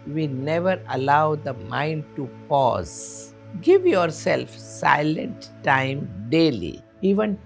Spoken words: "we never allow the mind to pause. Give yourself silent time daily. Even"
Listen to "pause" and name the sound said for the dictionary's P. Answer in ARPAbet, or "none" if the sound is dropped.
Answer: P